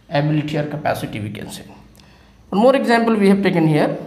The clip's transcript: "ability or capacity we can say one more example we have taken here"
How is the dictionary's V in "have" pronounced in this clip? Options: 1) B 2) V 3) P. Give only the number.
1